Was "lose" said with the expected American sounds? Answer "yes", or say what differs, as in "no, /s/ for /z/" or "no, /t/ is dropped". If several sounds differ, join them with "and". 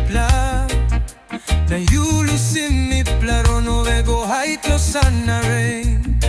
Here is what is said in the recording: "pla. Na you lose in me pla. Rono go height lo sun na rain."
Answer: no, /s/ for /z/